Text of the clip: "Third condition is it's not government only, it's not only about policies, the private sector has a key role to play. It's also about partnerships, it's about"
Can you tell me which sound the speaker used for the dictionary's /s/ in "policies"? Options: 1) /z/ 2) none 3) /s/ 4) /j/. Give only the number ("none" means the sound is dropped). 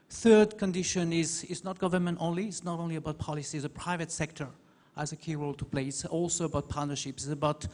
3